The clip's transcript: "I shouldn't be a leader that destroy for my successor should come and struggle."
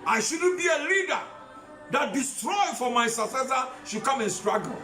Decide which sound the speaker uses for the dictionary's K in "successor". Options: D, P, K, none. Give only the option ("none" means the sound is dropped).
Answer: none